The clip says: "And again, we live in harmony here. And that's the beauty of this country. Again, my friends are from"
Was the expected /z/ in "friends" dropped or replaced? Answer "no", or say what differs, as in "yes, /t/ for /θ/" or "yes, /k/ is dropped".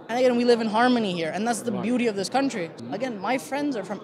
no